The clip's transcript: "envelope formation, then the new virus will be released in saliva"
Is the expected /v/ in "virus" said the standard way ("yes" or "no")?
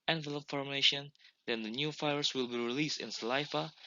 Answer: no